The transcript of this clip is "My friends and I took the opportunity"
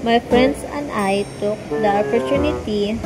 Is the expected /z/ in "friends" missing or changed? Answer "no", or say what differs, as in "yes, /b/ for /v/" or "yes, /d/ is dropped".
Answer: yes, /s/ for /z/